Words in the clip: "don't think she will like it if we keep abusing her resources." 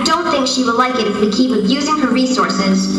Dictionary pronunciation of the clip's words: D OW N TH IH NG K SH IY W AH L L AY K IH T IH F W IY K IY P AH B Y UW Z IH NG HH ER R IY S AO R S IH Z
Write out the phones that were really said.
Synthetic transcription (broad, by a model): D OW N TH IH NG K SH IY W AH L L AY K IH T IH F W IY K IY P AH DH Y UW Z IH NG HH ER R IY S AO R S IH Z